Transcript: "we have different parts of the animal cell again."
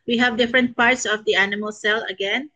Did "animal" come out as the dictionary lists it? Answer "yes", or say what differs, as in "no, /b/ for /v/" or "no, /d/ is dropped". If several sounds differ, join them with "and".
yes